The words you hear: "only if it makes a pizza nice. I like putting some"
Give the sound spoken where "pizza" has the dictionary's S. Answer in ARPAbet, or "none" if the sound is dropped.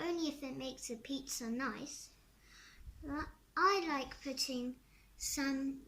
S